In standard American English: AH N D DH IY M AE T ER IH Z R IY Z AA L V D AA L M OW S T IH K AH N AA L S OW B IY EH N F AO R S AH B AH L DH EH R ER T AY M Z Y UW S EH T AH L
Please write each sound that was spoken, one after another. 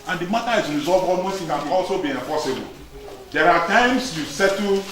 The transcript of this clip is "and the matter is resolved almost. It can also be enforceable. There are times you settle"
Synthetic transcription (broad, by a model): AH N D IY M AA T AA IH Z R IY Z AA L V AA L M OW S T IH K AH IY AA L S OW B IY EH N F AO S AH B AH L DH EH R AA T AY M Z Y UW S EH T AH